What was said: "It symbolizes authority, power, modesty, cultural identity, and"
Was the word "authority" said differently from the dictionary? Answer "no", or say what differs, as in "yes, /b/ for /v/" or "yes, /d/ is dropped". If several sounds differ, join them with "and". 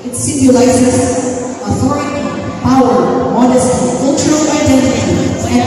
no